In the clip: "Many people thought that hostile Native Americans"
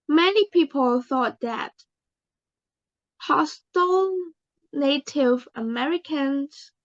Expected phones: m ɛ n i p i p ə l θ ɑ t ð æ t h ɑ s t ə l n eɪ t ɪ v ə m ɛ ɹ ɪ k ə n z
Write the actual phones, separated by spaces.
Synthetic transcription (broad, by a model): m ɛ n i p i p ə l θ ɑ t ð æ t h ɑ s t ə l n eɪ t ɪ v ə m ɛ ɹ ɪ k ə n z